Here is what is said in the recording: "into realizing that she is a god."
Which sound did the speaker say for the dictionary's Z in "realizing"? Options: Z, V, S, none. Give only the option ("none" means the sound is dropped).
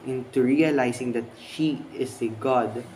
S